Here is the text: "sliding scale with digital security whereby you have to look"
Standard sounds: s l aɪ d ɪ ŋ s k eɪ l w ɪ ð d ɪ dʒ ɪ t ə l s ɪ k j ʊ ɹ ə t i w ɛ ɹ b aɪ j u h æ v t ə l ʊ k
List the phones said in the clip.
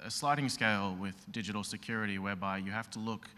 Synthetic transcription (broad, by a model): s l aɪ d ɪ ŋ s k eɪ l w ɪ ð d ɪ dʒ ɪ t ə l s ɪ k j ʊ ɹ ə t i w ɛ ɹ b aɪ j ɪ h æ f t ə l ʊ k